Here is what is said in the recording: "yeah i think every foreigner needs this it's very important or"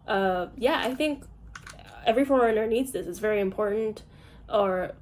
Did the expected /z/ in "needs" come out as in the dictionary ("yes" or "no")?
yes